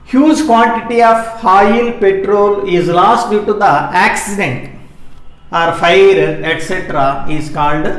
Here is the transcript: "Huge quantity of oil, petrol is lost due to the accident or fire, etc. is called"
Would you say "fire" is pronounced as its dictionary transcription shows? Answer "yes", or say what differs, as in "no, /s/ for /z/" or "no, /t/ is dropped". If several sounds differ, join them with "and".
yes